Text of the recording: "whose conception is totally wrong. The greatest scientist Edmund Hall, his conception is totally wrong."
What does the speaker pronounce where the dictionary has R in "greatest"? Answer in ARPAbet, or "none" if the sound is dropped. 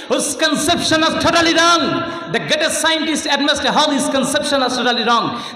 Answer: none